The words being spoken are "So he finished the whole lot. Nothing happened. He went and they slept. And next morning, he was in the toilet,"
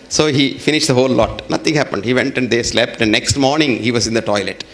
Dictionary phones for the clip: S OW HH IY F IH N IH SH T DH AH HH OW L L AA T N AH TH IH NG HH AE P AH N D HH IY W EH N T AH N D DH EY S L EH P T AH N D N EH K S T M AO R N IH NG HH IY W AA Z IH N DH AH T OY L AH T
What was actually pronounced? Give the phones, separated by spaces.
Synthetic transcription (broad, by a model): S OW HH IY F IH N IH SH T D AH HH OW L L AA T N AH T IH NG HH AE P AH N D HH IY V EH N T AH N D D EY S L EH P T AH N D N EH K S T M AO R N IH NG HH IY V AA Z IH N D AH T OY L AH T